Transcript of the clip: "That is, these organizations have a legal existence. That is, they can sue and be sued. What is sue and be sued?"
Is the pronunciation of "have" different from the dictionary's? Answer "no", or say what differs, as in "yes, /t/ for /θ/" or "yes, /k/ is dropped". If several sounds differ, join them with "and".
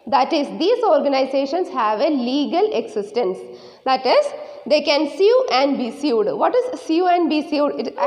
no